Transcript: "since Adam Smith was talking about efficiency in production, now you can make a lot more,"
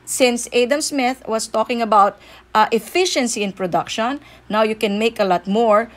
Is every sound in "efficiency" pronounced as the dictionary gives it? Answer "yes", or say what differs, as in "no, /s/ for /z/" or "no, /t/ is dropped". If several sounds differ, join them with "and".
yes